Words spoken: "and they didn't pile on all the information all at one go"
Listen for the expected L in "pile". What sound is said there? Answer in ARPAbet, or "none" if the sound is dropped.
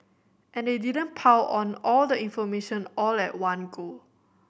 W